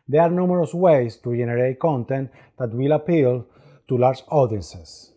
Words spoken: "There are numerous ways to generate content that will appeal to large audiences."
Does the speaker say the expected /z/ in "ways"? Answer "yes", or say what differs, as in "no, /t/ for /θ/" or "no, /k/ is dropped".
no, /s/ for /z/